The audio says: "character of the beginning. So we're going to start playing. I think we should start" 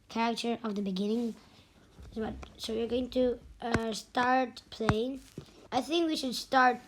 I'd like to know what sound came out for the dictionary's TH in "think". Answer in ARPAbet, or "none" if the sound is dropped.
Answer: TH